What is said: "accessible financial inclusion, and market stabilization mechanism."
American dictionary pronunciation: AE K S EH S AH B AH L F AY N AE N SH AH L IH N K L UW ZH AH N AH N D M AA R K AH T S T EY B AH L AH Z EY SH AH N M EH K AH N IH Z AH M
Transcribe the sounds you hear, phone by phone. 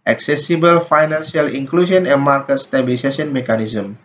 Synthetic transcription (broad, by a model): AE K S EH S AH B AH L F AY N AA N S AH L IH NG K L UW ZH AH N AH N M AA R K AH T S T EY B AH L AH S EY S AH N M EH K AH N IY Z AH M